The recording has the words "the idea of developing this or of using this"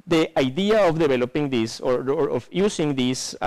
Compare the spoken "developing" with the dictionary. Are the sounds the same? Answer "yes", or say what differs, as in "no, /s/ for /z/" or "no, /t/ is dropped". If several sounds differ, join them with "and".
no, /b/ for /v/